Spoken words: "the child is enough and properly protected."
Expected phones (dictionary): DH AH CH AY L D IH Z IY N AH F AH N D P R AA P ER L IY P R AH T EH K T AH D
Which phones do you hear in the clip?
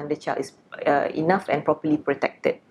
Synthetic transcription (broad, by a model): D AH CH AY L IH S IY N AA F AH N P R AA P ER L IY P R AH T EH K T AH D